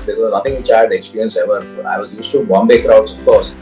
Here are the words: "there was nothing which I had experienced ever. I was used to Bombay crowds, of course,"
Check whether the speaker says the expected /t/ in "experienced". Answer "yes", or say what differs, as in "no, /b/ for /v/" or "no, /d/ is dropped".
no, /t/ is dropped